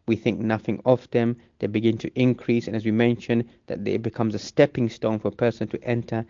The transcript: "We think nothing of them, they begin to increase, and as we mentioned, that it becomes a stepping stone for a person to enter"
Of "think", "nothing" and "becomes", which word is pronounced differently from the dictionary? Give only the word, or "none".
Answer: none